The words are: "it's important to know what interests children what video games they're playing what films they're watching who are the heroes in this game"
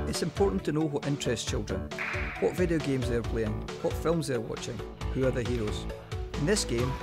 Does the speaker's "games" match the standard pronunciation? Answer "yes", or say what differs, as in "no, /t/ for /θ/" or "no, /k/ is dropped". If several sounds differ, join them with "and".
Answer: yes